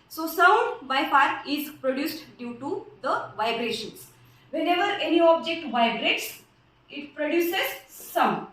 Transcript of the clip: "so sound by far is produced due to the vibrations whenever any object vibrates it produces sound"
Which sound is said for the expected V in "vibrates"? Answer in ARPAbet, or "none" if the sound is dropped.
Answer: V